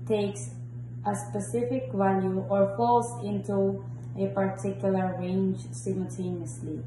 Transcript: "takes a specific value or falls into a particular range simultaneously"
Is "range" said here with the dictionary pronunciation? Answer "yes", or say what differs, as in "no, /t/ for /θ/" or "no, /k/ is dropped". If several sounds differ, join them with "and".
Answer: yes